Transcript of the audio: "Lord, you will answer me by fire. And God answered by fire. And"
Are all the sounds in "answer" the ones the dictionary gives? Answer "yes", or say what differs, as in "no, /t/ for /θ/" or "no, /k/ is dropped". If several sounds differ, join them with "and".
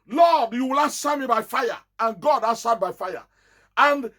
no, /n/ is dropped